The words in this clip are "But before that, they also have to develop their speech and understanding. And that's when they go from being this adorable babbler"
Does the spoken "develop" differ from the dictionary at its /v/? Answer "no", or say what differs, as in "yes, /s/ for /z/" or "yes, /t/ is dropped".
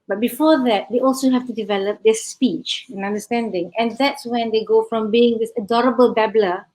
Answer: no